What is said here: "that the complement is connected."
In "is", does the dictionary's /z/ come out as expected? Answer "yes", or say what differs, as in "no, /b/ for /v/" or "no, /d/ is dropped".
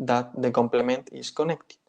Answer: no, /s/ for /z/